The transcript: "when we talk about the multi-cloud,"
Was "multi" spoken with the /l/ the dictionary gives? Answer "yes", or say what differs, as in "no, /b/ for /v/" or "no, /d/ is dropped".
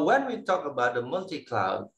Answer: yes